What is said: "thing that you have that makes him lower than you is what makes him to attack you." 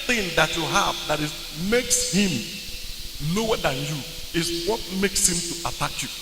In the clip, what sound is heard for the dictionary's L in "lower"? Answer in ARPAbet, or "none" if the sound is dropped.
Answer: N